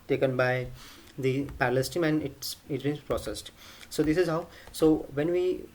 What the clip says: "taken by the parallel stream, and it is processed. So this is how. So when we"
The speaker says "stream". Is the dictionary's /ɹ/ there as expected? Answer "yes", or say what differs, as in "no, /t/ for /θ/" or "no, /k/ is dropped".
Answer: no, /ɹ/ is dropped